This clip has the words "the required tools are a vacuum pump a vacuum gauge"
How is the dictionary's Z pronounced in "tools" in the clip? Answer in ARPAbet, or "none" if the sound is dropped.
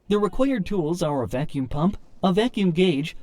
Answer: Z